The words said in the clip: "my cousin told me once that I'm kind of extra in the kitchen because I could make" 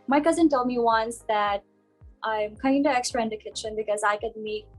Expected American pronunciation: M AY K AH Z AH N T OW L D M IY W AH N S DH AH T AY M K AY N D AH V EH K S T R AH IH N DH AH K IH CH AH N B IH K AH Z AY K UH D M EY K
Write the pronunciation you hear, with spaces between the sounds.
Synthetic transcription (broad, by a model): M AY K AH Z AH N T OW L D M IY W AH N S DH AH T AY M K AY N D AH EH K S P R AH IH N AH K IH CH AH N B IH K AH Z AY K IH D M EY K